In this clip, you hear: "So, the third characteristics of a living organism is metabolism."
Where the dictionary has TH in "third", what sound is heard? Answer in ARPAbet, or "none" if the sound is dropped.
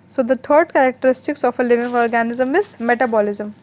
T